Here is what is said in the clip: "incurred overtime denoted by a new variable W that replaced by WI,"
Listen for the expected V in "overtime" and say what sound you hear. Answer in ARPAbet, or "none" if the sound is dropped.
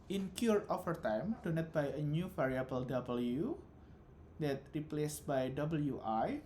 F